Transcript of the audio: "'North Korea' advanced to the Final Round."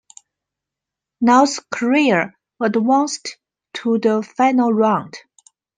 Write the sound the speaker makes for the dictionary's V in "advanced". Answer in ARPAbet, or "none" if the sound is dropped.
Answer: W